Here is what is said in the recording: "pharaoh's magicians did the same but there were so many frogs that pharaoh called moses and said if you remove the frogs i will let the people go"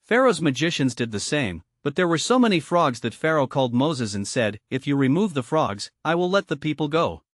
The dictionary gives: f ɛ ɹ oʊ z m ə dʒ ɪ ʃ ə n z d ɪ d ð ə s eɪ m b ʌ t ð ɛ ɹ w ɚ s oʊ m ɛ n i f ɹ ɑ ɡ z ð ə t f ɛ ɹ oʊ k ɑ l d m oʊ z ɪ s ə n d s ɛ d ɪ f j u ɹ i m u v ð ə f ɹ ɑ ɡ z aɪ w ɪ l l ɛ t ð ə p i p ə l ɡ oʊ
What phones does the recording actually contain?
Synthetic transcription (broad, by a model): f ɛ ɹ oʊ z m ə dʒ ɪ ʃ ə n z d ɪ d ð ə s eɪ m b ʌ t ð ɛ ɹ w ɚ s oʊ m ɛ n i f ɹ ɑ ɡ z ð ə t f ɛ ɹ oʊ k ɑ l d m oʊ z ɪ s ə n s ɛ d ɪ f j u ɹ i m u v ð ə f ɹ ɑ ɡ z aɪ w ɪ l l ɛ t ð ə p i p l ɡ oʊ